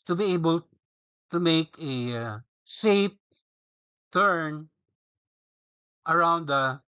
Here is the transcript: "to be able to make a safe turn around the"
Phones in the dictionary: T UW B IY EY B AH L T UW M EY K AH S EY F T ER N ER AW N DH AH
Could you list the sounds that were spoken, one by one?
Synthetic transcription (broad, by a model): T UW B IY EY B AH L T UW M EY K AH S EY P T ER N ER AW N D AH